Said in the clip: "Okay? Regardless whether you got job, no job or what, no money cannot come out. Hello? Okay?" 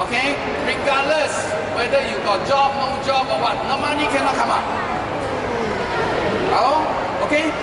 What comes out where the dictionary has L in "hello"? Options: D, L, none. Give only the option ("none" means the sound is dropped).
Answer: none